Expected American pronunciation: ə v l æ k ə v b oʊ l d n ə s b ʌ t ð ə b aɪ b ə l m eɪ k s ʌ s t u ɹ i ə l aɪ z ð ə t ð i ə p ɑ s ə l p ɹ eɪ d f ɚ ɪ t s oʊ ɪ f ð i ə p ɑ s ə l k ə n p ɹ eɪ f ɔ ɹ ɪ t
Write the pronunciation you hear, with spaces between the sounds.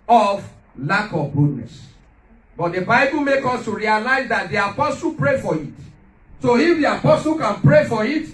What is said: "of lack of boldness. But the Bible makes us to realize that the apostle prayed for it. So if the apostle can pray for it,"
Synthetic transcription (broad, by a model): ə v l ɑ k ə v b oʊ d n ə s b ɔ t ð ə b aɪ b ə l m eɪ k ɔ s t u ɹ i ə l aɪ z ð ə t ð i ə p ɑ s ə l p ɹ eɪ f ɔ ɪ t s oʊ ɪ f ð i ə p ɑ s ə l k ə n p ɹ eɪ f ɔ ɹ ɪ t